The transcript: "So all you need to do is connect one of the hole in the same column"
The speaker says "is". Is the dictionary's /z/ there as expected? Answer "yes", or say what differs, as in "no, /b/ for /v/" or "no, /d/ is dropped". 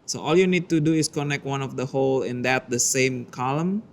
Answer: no, /s/ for /z/